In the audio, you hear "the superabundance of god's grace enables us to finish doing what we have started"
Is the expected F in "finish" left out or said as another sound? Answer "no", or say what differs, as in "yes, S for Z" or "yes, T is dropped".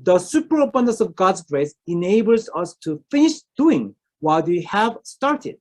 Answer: no